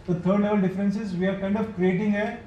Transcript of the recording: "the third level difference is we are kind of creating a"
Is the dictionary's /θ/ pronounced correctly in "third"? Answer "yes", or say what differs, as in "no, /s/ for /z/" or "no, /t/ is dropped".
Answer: no, /t/ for /θ/